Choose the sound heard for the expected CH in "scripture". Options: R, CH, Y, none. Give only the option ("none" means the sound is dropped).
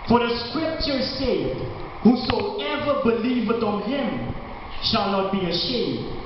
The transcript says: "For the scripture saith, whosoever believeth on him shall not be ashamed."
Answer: CH